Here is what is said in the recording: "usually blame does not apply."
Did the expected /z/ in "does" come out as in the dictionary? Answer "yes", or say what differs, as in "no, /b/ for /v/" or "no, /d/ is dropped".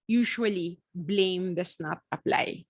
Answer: no, /s/ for /z/